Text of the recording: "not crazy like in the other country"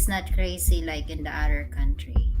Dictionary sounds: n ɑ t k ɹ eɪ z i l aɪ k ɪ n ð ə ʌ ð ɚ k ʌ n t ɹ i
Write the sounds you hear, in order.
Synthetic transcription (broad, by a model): n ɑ t k ɹ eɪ s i l aɪ k ɪ n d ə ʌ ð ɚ k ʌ n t ɹ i